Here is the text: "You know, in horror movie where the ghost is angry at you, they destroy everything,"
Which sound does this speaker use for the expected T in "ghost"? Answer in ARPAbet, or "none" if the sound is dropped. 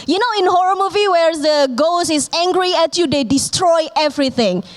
none